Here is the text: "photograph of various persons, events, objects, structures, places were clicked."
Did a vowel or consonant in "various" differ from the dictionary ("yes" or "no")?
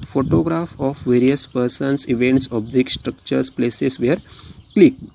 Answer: no